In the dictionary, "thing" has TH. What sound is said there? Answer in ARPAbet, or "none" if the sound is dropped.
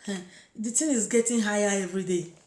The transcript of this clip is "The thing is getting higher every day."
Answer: T